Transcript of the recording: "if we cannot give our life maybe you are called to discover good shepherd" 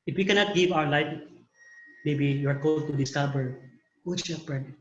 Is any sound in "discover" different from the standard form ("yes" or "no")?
yes